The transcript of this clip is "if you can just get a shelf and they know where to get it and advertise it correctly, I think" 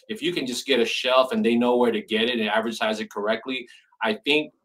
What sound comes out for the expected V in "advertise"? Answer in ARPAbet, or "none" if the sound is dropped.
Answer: V